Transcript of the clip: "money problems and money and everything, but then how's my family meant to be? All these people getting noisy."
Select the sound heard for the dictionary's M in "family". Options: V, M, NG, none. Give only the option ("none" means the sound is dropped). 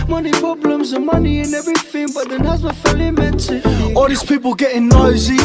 none